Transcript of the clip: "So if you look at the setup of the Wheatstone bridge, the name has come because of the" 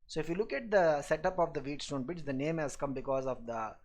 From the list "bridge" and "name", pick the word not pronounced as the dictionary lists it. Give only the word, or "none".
bridge